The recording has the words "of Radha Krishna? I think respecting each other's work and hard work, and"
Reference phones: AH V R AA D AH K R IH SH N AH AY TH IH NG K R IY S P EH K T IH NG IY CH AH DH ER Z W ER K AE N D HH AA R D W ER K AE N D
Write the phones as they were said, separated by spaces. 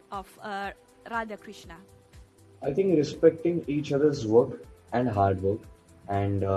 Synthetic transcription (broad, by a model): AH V R AA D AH K R IH SH N AH AY T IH NG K R IY S P EH K T IH NG IY CH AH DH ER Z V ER K AE N D HH AA R D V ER K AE N D